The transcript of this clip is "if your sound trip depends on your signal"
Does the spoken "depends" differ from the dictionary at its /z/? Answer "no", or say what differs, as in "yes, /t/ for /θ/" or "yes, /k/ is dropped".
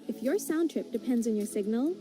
no